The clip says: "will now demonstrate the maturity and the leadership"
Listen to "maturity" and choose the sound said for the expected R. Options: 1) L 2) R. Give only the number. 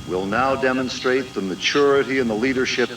2